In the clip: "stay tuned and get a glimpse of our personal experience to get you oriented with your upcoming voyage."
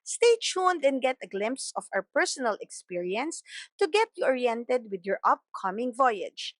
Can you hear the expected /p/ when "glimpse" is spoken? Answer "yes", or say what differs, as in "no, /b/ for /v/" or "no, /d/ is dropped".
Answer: yes